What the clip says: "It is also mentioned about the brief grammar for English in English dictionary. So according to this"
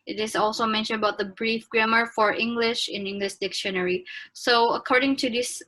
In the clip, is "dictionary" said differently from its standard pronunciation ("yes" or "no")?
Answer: no